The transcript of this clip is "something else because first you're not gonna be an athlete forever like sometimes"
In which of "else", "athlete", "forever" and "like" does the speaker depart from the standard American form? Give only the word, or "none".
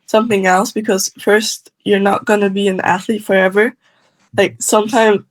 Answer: none